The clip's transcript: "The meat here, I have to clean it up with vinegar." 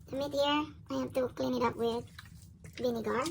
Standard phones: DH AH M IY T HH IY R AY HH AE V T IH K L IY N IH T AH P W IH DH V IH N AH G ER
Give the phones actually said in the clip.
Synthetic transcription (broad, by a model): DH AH M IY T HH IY R AY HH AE F T IH K L IY N IH T AH P W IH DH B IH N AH G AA